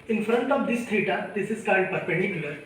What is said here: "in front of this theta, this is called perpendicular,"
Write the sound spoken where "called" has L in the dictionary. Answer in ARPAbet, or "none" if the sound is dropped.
N